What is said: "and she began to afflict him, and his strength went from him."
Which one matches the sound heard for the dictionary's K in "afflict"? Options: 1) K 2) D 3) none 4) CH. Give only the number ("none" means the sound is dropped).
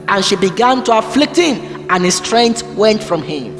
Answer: 1